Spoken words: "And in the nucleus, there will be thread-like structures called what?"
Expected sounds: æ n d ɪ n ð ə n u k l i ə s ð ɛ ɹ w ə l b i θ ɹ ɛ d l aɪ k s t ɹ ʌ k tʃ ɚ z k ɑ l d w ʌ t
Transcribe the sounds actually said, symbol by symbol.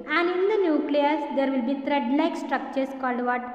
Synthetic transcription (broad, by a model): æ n d ɪ n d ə n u k l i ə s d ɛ ɹ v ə l b i t ɹ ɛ d n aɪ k s t ɹ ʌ k tʃ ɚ s k ɑ l d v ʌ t